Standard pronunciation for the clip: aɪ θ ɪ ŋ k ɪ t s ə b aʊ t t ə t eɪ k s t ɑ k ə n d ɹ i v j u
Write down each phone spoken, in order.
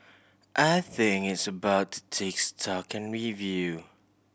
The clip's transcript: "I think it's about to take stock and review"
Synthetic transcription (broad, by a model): aɪ θ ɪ ŋ ɪ t s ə b aʊ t t ə t eɪ k s t ɑ k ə n ɹ i v j u